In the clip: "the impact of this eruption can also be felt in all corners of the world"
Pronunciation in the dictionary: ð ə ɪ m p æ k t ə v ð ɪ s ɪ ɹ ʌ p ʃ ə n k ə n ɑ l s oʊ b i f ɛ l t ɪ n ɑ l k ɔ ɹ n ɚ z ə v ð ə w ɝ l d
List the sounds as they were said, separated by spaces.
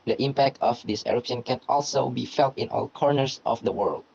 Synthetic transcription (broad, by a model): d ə ɪ m p æ k t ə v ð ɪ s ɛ ɹ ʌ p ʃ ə n k ə n ɑ l s oʊ b i f ɛ l t ɪ n ɑ l k ɔ ɹ n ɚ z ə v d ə w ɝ l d